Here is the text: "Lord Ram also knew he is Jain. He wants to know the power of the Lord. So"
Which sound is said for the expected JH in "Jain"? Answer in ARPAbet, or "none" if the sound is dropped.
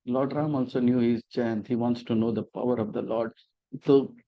CH